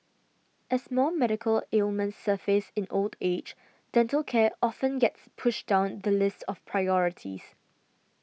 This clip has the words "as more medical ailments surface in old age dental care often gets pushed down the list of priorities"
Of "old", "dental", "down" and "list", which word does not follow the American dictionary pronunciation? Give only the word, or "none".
none